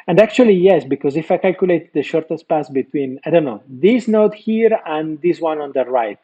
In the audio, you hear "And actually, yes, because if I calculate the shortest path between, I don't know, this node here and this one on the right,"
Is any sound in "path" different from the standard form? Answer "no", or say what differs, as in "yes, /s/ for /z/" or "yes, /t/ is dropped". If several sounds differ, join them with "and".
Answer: yes, /s/ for /θ/